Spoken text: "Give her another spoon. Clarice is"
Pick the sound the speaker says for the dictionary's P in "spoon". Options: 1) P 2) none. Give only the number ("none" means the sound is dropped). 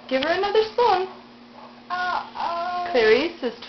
2